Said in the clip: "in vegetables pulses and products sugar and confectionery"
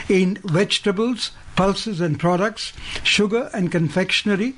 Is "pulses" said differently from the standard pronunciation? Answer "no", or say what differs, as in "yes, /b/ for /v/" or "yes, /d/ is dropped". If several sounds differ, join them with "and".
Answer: no